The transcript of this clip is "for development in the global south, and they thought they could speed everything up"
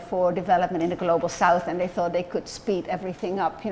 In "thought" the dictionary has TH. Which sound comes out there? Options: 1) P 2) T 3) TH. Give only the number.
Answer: 3